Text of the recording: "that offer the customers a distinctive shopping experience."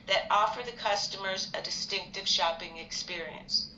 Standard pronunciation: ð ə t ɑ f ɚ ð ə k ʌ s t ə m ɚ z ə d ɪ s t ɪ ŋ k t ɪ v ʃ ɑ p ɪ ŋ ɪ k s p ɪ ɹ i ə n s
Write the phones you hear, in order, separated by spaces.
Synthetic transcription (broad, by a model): ð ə t ɑ f ɚ ð ə k ʌ s t ə m ɚ z ə d ɪ s t ɪ ŋ k t ɪ v ʃ ɑ p ɪ ŋ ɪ k s p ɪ ɹ i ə n s